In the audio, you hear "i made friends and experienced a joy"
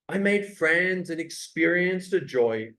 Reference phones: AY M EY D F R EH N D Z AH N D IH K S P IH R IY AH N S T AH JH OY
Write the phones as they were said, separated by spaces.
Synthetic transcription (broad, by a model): AY M EY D F R EH N D Z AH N IH K S P IH R IY AH N S T AH JH OY